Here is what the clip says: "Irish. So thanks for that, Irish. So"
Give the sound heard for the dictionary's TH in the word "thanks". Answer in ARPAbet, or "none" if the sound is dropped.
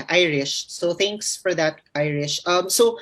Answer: T